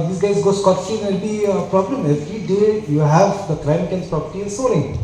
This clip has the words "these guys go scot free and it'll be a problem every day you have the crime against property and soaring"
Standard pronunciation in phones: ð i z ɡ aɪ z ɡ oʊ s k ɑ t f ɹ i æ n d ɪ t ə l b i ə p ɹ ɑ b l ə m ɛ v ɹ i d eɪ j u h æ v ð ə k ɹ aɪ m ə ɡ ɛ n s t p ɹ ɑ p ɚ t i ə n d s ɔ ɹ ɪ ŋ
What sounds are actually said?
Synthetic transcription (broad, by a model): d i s ɡ aɪ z ɡ oʊ s k ɑ t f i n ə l b i ə p ɹ ɑ b l ə m ɛ v ɹ i d eɪ j u h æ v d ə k ɹ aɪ ə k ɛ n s p ɹ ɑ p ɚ t i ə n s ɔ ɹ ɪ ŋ